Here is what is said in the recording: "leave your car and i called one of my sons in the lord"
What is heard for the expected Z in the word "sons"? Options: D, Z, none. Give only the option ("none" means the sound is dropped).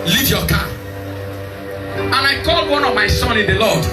none